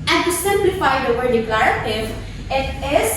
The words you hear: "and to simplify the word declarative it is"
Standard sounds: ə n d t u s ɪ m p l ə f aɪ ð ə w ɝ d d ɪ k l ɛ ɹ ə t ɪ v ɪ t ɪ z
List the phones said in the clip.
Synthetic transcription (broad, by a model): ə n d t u s ɪ m p l ə f aɪ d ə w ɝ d d ɪ k l ɛ ɹ ə t ɪ v ɪ t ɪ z